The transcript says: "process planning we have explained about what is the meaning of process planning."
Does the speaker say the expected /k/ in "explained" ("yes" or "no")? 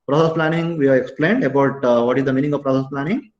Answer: yes